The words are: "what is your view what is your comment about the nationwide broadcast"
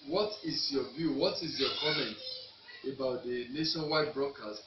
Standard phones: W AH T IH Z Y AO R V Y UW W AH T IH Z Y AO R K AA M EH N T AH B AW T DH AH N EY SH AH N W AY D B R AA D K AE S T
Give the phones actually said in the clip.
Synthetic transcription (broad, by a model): W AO T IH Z Y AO V Y UW W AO T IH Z Y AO K AA M EH N T AH B AW T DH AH N EY SH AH N W AY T B R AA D K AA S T